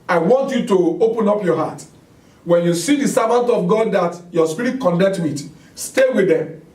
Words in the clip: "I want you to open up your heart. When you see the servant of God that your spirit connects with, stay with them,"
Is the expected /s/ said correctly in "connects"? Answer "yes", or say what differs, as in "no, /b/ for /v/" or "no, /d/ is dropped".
no, /s/ is dropped